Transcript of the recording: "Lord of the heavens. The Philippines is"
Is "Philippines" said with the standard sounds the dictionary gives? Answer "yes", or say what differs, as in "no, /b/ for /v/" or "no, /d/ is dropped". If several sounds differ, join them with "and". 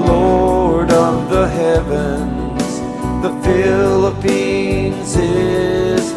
yes